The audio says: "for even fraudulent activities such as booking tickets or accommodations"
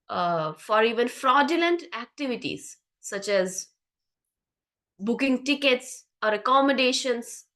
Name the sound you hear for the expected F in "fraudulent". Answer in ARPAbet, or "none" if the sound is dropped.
F